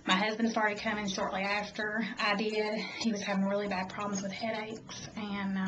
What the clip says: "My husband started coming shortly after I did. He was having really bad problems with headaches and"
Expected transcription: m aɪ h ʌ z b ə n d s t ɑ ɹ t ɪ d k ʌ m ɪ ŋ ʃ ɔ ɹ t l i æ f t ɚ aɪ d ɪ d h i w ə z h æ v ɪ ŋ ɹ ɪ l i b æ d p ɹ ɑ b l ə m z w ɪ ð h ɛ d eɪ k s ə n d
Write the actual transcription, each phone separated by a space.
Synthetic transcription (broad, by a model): m aɪ h ʌ z b ə n d s t ɑ ɹ t ɪ d k ʌ m ɪ ŋ ʃ ɔ ɹ t l i æ f t ɚ aɪ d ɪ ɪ h i w ə z h æ v ɪ ŋ ɹ ɪ l i b æ d p ɹ ɑ b l ə m z w ɪ ð h ɛ d eɪ k s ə n